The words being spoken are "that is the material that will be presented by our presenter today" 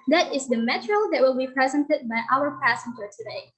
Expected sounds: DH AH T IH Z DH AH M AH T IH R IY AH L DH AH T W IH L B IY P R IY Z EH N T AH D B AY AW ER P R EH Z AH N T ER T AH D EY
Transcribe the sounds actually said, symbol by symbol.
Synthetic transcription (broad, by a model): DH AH T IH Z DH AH M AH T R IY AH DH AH T W IH L B IY P R IY Z EH N T AH D B AY AW ER P AE S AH N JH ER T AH D EY